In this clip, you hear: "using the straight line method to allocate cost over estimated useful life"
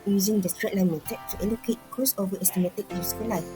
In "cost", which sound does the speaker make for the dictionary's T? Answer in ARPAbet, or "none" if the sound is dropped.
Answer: none